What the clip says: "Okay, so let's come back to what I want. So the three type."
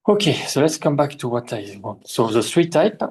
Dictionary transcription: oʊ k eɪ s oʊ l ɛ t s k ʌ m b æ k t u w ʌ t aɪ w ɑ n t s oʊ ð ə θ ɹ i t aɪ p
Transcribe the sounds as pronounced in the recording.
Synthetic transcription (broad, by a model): oʊ k eɪ s oʊ l ɛ t s k ʌ m b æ k t u w ʌ t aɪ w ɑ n s oʊ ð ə s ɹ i t aɪ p